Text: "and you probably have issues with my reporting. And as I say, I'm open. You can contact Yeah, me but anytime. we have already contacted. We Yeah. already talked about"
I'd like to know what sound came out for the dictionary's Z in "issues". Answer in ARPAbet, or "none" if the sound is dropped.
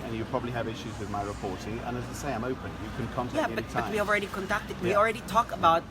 Z